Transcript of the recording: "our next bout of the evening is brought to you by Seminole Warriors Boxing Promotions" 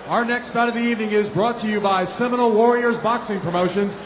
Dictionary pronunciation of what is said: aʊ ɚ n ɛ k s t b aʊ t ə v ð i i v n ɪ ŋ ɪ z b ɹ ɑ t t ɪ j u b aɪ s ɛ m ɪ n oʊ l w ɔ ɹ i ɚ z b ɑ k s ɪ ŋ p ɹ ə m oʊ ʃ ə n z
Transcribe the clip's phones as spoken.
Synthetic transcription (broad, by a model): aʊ ɚ n ɛ k s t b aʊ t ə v ð i i v n ɪ ŋ ɪ z b ɹ ɑ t t ɪ j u b aɪ s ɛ m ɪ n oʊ l w ɔ ɹ i ɚ z b ɑ k s ɪ ŋ p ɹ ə m oʊ ʃ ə n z